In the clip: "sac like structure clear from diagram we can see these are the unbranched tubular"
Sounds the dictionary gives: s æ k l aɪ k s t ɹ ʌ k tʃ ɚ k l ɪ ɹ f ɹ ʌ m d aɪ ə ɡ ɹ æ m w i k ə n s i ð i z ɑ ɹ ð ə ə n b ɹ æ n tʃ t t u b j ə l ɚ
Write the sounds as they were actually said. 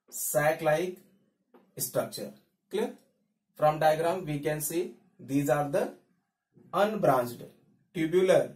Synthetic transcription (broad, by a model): s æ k l aɪ k s t ɹ ʌ k tʃ ɚ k l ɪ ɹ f ɹ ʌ m d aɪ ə ɡ ɹ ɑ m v i k ə n s i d i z ɑ ɹ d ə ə n b ɹ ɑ n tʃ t t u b j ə l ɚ